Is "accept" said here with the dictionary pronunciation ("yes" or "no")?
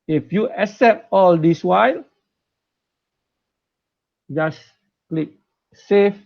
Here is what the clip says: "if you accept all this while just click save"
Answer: no